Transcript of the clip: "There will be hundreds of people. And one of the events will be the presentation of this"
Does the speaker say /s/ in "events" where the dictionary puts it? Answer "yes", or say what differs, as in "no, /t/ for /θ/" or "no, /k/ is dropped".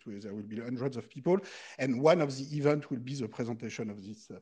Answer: no, /s/ is dropped